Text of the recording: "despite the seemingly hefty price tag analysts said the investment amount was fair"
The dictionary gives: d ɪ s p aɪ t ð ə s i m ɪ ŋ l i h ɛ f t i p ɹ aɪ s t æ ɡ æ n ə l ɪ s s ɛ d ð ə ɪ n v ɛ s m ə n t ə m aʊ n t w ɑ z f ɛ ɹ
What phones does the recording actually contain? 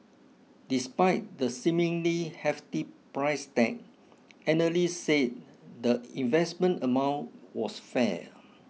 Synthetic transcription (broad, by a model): d ɪ s p aɪ t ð ə s i m ɪ ŋ l i h ɛ f t i p ɹ aɪ s t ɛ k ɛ n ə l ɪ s s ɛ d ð ə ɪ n v ɛ s m ə n t ə m aʊ n t w ɑ s f ɛ